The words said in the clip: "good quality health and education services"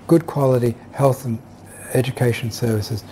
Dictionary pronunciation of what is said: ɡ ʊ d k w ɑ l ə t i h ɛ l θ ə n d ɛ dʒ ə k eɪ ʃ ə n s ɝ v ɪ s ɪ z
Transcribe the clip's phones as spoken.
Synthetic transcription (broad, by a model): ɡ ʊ d k w ɑ l ə t i h ɛ l θ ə n ɛ dʒ ə k eɪ ʃ ə n s ɝ v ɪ s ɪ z